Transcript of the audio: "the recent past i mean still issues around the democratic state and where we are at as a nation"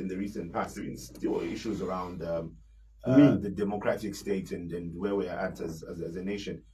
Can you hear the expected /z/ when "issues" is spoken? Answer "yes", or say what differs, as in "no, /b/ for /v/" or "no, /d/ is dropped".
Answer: yes